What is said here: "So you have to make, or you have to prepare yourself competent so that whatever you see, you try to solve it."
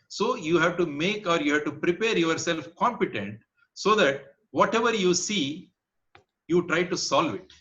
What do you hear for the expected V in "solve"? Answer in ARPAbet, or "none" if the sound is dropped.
V